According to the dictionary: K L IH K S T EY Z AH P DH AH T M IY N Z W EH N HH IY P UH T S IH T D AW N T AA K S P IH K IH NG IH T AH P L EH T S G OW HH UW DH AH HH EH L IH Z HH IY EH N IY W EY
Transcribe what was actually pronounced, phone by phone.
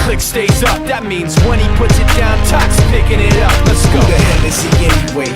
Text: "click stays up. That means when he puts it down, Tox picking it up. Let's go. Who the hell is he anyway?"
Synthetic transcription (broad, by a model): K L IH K S T EY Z AH P DH AH T M IY N Z W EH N IY P UH T S IH T D AW N T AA K S P IH K IH NG IH T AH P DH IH S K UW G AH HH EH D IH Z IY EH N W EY